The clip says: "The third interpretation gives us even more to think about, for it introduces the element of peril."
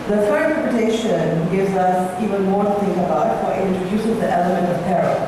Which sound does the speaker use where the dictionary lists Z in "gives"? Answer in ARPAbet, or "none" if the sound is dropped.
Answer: Z